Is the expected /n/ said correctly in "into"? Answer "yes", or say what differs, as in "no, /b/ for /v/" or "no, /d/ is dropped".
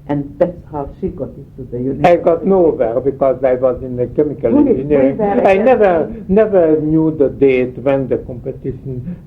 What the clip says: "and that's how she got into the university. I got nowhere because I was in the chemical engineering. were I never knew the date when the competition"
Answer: no, /n/ is dropped